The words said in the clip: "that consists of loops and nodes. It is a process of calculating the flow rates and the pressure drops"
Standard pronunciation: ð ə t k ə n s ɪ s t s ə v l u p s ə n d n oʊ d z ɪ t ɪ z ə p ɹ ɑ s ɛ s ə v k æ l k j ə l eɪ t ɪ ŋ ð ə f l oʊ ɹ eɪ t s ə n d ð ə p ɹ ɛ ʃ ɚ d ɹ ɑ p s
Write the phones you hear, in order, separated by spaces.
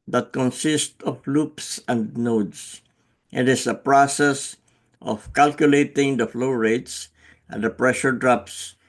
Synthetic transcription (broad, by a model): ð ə t k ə n s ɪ s t ə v l u p s ə n d n oʊ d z ɪ t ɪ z ə p ɹ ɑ s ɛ s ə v k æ l k j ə l eɪ t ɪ ŋ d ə f l oʊ ɹ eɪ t s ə n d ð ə p ɹ ɛ ʃ ɚ d ɹ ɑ p s